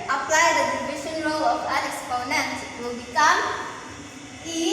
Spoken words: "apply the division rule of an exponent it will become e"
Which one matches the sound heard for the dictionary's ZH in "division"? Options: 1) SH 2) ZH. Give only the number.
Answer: 1